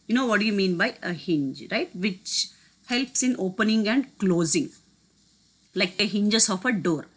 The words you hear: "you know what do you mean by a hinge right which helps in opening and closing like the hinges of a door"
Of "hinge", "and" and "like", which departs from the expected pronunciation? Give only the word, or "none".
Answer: none